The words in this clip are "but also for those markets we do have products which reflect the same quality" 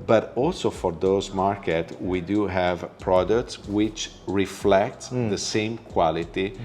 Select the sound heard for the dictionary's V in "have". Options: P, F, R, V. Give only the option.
V